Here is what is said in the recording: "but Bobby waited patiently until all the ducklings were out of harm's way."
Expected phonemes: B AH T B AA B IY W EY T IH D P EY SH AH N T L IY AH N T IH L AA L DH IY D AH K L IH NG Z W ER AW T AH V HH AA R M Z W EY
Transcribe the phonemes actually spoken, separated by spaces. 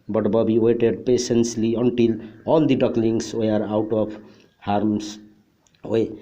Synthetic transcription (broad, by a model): B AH T B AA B IY W EY T IH D P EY S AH N S L IY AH N T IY L AA L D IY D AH K L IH NG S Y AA AW T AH P HH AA R M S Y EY